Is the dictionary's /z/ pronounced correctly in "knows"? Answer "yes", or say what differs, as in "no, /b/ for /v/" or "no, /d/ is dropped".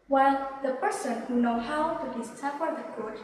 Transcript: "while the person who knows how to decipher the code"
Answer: no, /z/ is dropped